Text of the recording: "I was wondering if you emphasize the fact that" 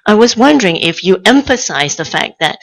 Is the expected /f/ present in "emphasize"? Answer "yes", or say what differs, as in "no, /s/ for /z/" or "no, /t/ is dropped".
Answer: yes